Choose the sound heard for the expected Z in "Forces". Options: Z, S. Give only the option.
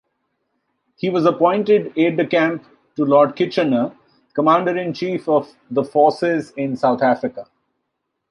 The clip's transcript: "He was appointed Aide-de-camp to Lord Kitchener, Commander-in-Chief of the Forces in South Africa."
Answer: Z